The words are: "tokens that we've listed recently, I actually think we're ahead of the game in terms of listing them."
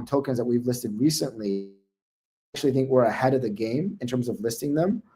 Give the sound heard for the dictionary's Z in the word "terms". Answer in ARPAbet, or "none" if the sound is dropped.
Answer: Z